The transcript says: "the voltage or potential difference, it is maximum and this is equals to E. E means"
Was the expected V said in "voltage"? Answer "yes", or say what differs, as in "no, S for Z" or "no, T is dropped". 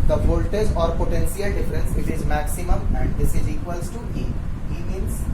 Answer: no, B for V